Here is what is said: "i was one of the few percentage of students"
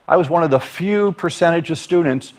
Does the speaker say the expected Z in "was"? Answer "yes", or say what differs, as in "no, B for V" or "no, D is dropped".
yes